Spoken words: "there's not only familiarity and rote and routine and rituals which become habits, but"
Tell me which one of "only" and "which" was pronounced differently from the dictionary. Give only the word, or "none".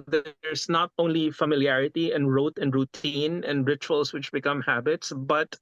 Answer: none